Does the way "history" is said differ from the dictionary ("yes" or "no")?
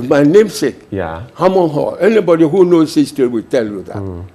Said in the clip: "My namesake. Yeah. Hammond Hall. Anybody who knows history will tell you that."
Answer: yes